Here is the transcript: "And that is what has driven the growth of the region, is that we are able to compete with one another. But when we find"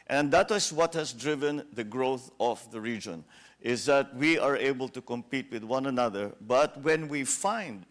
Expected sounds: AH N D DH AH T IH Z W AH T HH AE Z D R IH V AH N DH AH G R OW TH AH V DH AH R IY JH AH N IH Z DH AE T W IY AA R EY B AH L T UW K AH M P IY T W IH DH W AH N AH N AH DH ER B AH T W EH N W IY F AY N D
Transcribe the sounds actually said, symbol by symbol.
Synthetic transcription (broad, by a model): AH N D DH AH T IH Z W AH T HH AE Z D R IH V AH N DH AH G R OW TH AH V DH AH R IY JH AH N IH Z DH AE T W IY AA R EY B AH L T UW K AH M P IY T W IH DH W AH N AH N AH DH ER B AH T W EH N W IY F AY N D